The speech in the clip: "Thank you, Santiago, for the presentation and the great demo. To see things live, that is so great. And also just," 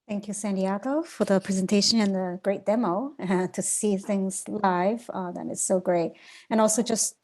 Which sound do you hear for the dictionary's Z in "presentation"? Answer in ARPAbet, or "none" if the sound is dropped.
Z